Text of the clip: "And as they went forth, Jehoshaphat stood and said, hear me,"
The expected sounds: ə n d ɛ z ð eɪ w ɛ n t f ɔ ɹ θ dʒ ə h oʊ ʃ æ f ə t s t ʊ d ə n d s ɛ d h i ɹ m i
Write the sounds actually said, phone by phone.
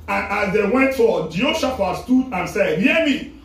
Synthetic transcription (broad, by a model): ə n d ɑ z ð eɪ w ɛ n t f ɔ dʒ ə oʊ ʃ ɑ f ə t s t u d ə n s ɛ d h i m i